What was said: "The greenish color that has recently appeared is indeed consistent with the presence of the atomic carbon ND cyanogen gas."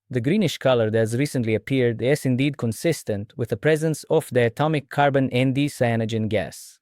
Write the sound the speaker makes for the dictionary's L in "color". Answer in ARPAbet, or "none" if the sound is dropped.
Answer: L